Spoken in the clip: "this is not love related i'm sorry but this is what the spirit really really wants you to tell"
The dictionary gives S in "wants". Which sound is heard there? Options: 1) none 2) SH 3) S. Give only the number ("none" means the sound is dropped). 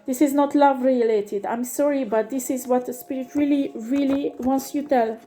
3